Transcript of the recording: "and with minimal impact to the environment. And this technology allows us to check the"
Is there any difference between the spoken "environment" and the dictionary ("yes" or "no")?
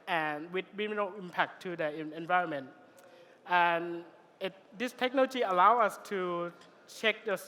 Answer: no